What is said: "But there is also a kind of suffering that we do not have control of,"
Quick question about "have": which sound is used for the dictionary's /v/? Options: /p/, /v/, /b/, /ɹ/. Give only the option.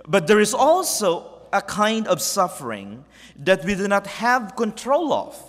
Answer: /v/